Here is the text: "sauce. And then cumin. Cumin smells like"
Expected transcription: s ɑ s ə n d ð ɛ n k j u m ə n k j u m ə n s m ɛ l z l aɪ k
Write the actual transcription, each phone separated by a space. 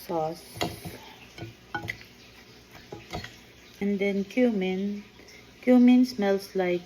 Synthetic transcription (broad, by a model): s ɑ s ə n d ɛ n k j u m n k j u m ə n s m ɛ l s l aɪ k